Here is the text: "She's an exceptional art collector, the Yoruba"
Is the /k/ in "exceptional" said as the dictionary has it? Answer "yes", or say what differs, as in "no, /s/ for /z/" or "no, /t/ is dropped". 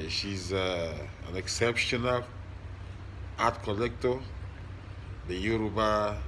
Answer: yes